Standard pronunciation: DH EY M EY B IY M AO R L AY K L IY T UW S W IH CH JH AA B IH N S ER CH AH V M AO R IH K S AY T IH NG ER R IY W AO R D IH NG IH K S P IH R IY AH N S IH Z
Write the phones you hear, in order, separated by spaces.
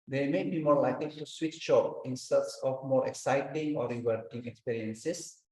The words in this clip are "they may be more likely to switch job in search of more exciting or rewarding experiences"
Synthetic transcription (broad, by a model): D EY M EY B IY M AO R L AY K L IY T UW S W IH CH SH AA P IH N S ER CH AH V M AO R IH K S AY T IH NG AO R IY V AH R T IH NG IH K S P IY R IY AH N S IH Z